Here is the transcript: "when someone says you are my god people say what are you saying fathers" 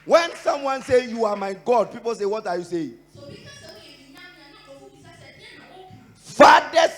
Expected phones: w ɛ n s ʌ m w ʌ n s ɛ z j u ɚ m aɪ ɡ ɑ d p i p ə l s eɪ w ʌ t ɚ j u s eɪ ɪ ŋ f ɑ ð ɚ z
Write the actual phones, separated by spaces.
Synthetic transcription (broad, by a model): w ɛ n s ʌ m w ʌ n s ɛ j u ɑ m aɪ ɡ ɑ d p i p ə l s eɪ w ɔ t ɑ j u s eɪ ɪ ŋ f ɑ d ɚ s